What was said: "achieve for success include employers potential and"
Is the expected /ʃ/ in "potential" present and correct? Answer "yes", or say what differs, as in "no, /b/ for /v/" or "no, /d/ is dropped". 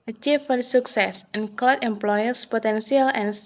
no, /s/ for /ʃ/